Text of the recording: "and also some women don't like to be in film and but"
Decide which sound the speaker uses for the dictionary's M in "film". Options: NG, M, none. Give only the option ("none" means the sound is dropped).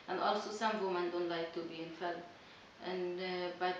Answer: none